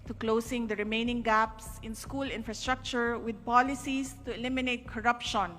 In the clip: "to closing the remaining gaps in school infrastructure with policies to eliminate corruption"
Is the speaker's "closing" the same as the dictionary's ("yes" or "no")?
no